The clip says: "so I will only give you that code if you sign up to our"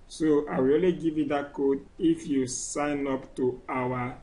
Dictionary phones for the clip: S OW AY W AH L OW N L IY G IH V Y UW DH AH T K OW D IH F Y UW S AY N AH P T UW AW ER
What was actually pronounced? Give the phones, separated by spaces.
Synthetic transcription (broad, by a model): S OW AY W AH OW L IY G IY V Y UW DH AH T K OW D IH F Y UW S AY N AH P T UW AW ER